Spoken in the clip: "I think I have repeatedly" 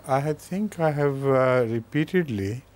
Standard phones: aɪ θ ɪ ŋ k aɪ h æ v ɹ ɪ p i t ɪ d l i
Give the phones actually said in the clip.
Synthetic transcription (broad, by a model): aɪ t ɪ ŋ k aɪ h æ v ɹ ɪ p i t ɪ d l i